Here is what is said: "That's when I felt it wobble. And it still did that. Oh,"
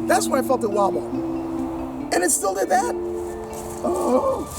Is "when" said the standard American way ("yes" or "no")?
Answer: no